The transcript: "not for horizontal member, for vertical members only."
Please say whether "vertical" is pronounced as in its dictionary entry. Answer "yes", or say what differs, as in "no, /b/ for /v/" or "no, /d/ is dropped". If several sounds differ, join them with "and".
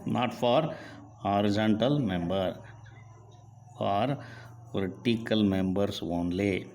no, /p/ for /v/